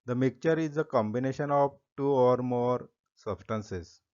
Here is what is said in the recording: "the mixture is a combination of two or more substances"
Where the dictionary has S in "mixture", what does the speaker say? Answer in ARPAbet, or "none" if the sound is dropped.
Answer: none